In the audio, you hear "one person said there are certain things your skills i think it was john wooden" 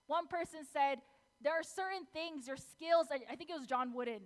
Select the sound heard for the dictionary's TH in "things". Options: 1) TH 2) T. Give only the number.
1